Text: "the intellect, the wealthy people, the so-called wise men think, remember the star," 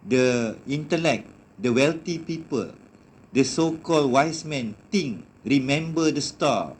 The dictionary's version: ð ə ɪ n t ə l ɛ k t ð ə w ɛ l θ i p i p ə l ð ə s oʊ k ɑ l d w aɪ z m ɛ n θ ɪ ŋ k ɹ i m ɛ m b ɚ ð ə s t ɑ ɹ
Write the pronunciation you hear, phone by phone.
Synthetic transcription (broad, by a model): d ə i n t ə l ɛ k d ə w ɛ l t i p i p ə l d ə s oʊ k ɑ l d w aɪ s m ɛ n t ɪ ŋ ɹ i m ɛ m b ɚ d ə s t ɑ